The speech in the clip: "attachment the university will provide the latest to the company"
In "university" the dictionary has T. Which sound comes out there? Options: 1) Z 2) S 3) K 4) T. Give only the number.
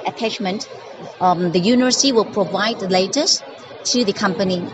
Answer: 2